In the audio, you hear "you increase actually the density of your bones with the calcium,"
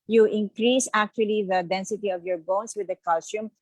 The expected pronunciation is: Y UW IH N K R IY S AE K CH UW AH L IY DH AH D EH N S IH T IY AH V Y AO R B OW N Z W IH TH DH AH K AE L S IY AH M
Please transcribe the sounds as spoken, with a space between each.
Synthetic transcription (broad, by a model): Y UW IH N K R IY S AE K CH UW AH L IY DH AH D EH N S IH T IY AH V Y AO R B OW N S W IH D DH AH K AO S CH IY M